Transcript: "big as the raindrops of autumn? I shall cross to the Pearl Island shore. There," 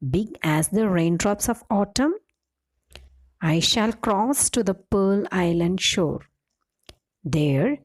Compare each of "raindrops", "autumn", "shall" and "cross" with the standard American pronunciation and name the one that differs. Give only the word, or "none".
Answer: none